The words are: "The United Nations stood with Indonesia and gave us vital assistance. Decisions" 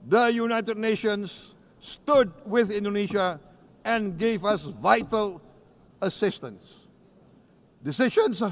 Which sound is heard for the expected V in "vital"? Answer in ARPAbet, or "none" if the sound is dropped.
V